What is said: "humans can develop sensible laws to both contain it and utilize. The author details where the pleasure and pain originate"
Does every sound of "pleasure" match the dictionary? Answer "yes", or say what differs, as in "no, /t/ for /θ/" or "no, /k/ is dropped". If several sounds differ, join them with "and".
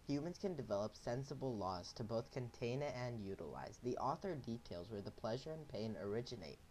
yes